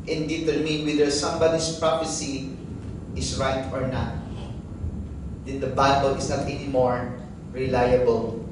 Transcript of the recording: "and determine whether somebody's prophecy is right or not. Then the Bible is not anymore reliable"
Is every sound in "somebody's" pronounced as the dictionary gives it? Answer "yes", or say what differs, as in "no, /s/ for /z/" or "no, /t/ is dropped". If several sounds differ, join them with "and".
no, /s/ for /z/